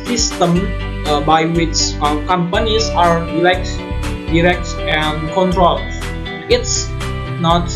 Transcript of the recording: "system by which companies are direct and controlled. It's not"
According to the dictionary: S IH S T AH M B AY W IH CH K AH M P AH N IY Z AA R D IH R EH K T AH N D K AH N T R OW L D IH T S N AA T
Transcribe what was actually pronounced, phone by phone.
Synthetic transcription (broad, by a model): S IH S T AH M B AY W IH CH K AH M P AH N IY S AA R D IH R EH K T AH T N K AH N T R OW L IH T S N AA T